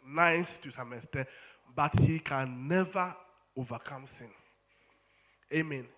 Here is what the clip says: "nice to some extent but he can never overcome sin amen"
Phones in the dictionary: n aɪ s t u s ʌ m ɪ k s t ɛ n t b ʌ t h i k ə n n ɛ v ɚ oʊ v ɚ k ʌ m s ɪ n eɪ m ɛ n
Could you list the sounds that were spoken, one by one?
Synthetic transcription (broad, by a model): n aɪ s t u s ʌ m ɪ s t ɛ b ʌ t h i k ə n n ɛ v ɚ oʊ v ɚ k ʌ m s ɪ n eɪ m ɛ n